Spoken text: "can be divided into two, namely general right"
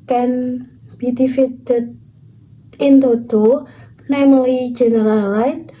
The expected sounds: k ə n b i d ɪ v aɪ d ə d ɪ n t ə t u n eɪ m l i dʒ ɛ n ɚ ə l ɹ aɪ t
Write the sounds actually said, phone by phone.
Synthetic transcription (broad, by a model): k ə n b i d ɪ f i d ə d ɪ n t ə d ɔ n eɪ m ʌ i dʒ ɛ n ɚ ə l ɹ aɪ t